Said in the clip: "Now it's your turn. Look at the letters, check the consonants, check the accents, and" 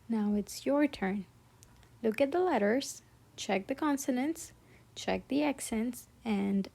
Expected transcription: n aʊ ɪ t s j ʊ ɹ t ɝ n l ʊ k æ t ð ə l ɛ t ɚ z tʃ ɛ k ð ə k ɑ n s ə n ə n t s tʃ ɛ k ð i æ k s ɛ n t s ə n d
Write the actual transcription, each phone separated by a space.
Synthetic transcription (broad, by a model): n aʊ ɪ t s j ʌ ɹ t ɝ n l ʊ k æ t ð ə l ɛ t ɚ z tʃ ɛ k ð ə k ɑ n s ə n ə n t s tʃ ɛ k ð i æ k s ɛ n t s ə n d